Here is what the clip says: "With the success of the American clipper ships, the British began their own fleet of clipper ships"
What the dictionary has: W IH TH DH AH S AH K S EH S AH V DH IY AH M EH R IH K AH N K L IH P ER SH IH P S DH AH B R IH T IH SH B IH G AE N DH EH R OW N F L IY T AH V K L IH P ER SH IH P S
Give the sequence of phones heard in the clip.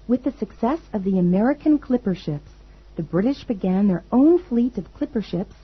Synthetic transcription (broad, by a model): W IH DH AH S AH K S EH S AH V DH IY AH M EH R IH K AH N K L IH P ER SH IH P S DH AH B R IH T IH SH B IH G AE N DH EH R OW N F L IY T AH V K L IH P ER SH IH P S